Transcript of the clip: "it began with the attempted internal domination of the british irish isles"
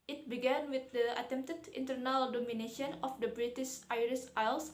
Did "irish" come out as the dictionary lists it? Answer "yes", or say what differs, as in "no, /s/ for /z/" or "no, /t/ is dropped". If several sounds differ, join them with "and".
no, /s/ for /ʃ/